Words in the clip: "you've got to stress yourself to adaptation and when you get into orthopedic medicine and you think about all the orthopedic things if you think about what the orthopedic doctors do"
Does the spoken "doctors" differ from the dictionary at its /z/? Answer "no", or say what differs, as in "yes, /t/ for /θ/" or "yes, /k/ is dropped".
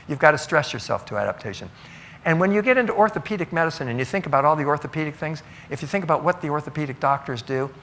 no